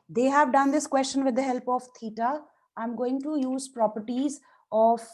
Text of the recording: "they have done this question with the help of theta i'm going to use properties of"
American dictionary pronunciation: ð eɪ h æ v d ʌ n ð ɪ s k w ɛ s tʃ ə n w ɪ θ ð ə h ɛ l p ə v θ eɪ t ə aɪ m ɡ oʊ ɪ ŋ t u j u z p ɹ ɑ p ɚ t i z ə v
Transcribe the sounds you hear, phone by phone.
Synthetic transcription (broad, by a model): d eɪ h æ v d ʌ n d ɪ s k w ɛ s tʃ ə n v ɪ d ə h ɛ l p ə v t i t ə aɪ m ɡ oʊ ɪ ŋ t u j u z p ɹ ɑ p ɚ t i z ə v